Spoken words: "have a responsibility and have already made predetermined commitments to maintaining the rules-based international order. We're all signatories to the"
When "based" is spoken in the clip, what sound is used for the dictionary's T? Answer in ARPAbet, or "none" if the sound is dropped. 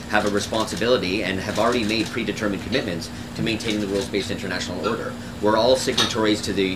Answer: none